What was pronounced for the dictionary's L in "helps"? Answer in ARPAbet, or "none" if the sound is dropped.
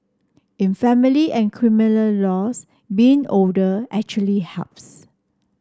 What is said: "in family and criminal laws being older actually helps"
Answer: none